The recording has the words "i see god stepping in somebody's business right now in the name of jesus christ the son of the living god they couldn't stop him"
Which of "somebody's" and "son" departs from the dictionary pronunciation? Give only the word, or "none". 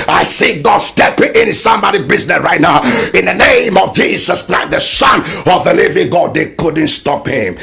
somebody's